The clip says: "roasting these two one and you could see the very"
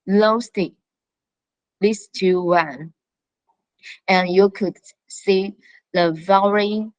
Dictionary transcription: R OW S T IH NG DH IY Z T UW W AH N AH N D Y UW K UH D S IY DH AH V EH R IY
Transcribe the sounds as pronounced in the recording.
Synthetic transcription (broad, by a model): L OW S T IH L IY S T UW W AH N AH N Y UW K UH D S IY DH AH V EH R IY